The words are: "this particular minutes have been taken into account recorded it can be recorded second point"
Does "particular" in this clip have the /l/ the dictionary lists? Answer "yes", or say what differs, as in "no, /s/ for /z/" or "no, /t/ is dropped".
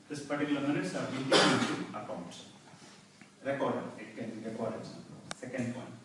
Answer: no, /n/ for /l/